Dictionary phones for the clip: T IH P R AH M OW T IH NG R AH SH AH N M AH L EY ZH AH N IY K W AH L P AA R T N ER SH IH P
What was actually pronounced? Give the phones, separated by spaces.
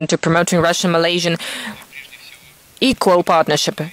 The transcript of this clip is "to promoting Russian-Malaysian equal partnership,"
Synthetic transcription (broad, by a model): T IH P R AH M OW T IH NG R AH SH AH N M AH L EY ZH AH N IY K W AH L P AA R T N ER SH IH P